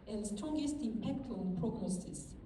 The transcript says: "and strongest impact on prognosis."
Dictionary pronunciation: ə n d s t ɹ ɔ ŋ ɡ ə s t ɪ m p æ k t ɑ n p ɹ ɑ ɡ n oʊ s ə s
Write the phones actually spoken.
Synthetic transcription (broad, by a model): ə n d s t ɹ ɔ ŋ ɡ ə s t ɪ m p æ k t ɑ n p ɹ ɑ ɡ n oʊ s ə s